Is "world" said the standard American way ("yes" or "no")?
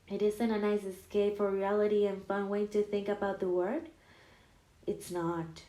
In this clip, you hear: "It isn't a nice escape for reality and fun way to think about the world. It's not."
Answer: no